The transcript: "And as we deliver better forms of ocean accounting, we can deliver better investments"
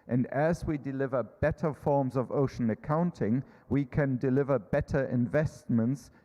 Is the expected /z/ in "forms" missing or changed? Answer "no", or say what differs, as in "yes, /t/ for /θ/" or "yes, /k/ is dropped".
no